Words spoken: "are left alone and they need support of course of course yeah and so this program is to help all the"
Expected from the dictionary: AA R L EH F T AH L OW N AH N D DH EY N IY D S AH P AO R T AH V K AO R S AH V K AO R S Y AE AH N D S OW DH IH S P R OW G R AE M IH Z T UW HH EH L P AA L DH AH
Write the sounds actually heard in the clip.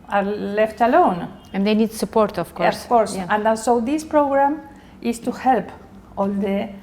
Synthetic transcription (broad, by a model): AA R L EH F T AH L OW N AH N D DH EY N IY D S AH P AO R T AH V K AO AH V K AO R S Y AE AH N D S OW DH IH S P R OW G R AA M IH S T UW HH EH L P AA L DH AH